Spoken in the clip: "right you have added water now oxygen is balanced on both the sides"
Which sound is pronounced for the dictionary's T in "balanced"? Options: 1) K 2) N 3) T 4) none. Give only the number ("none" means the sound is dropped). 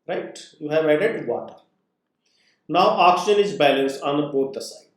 4